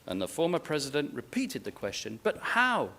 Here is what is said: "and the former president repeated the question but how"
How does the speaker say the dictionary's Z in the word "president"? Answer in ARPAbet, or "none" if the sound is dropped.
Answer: Z